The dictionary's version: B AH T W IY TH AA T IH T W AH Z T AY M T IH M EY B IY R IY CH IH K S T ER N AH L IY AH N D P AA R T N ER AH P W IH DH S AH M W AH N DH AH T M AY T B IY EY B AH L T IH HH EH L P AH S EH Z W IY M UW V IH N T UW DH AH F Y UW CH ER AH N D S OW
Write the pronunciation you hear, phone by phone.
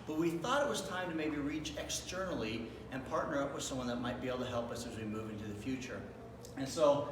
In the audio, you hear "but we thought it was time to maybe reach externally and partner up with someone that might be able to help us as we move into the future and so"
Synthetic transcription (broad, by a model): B AH T W IY TH AA T IH T W AH Z T AY M T IH M EY B IY R IY CH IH K S T ER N L IY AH N P AA R T N ER AH P W IH DH S AH M W AH N DH AH T M AY T B IY EY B L T IH HH EH L P AH S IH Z W IY M UW V IH N T UW DH AH F Y UW CH ER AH N S OW